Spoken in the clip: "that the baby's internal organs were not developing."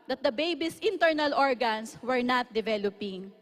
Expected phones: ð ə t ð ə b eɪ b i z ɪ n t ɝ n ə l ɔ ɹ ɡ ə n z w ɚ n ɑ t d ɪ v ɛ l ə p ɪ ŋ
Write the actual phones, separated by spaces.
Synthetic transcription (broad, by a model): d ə t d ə b eɪ b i s ɪ n t ɝ n ə l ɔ ɹ ɡ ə n s w ɚ n ɑ t d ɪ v ɛ l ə p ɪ ŋ